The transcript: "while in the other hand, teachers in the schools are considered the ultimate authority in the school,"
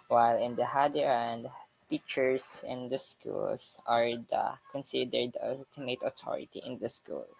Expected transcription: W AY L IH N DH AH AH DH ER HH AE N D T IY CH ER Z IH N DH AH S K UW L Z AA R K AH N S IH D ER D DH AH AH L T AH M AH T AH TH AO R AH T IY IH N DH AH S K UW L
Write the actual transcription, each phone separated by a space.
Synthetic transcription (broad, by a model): W AY L IH N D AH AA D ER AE N D T IY CH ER S IH N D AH S K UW L S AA R K AH N S IH D ER D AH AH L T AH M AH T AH T AO R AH T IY IH N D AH S K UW L